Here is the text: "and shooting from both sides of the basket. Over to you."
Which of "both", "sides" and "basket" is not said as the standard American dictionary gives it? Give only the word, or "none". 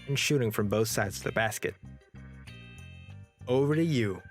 none